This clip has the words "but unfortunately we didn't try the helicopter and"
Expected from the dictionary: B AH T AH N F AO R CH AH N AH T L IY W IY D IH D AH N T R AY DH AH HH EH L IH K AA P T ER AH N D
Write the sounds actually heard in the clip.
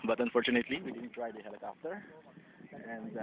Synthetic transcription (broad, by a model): B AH T AH N F AO R CH AH N AH T L IY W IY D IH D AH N T R AY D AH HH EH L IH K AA F T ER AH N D